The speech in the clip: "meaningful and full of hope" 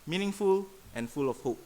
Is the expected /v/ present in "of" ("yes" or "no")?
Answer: no